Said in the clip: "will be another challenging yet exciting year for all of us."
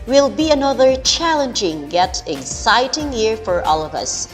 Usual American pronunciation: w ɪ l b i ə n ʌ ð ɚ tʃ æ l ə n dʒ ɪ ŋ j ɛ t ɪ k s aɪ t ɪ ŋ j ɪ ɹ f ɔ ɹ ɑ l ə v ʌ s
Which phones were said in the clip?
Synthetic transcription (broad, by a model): w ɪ l b i ə n ʌ ð ɚ tʃ æ l ə n dʒ ɪ ŋ j ɛ t ɪ k s aɪ t ɪ ŋ j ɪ ɹ f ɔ ɹ ɑ l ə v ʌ s